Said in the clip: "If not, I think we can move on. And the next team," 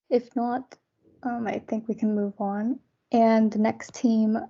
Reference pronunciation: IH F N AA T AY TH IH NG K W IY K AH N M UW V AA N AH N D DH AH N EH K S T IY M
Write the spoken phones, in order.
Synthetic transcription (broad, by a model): IH F N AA T AY TH IH NG K W IY K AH N M UW V N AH N DH AH N EH K S T IY M